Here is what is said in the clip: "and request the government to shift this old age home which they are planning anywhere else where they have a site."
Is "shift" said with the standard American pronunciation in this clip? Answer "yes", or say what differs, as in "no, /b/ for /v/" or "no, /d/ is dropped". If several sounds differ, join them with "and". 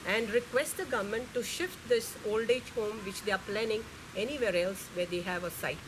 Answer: yes